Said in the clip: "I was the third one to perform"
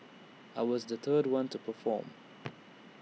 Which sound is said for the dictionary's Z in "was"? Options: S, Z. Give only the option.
Z